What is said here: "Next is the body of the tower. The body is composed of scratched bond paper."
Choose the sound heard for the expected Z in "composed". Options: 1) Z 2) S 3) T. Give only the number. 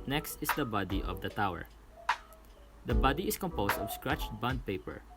2